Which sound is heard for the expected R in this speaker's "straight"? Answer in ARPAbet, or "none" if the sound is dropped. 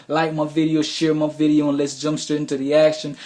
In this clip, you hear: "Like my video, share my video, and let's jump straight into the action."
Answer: none